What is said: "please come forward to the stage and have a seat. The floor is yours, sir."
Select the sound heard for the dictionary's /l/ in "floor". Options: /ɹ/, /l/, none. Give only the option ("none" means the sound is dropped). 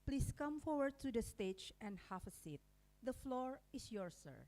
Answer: /l/